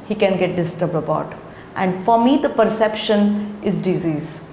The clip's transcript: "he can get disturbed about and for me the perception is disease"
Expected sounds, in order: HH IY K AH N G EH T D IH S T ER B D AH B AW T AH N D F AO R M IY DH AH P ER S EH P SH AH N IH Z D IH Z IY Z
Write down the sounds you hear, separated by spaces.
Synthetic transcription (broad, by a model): HH IY K AH N G EH T D IH S T ER B D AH B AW T AH N D F AO R M IY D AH P ER S EH P SH AH N IH Z D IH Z IY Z